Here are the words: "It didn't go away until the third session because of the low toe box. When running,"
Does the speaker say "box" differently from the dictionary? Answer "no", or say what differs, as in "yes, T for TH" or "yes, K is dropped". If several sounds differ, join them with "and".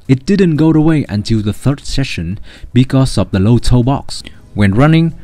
no